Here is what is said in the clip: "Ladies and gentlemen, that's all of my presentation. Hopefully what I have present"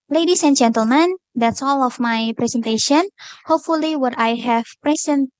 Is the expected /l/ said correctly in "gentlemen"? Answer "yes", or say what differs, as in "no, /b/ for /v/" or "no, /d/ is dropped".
yes